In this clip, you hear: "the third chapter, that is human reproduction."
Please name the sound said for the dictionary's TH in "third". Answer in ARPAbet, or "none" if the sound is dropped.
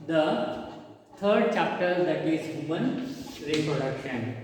T